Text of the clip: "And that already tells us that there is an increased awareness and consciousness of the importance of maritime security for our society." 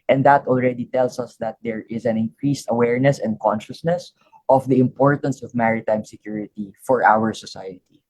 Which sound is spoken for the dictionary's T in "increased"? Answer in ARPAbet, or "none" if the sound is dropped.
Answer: T